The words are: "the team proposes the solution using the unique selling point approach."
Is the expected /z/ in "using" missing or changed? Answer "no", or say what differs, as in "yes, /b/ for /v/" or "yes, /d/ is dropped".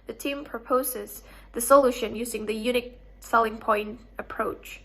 no